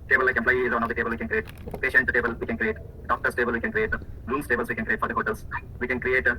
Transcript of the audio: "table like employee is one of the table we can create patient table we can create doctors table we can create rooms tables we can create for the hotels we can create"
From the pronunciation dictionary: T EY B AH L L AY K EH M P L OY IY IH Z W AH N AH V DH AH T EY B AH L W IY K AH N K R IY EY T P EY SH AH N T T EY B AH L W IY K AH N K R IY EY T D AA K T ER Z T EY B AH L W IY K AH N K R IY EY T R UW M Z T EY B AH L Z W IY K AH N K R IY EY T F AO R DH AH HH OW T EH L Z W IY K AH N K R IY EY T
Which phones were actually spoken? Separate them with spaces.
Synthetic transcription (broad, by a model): T EY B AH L L AY K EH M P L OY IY IH Z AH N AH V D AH T EY B AH L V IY K AH N K R IY EY T P EY SH AH N T T EY B AH L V IY K AH N K R IY EY T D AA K T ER S T EY B AH L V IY K AH N K R IY EY T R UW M S T EY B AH L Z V IY K AH N K R IY EY T F AO R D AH HH OW T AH L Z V IY K AH N K R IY EY T